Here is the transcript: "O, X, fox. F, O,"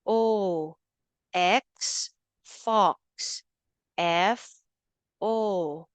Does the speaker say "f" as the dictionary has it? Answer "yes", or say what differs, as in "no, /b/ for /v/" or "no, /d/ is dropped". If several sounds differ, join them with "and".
yes